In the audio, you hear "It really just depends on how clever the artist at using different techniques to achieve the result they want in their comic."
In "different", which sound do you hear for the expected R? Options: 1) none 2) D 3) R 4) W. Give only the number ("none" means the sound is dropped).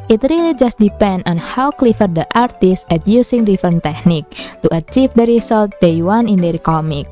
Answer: 1